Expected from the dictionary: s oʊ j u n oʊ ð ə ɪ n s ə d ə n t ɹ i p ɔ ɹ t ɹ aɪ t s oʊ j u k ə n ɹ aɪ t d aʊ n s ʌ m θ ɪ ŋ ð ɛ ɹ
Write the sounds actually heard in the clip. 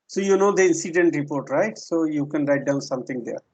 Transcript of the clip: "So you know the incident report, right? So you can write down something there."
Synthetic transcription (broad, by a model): s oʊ j u n oʊ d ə ɪ n s ə d ə n t ɹ i p ɔ ɹ t ɹ aɪ t s oʊ j u k ə n ɹ aɪ t d aʊ n s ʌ m t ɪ ŋ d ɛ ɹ